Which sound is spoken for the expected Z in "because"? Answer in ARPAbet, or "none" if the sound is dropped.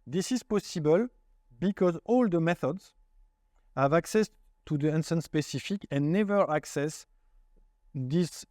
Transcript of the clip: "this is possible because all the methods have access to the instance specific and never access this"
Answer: Z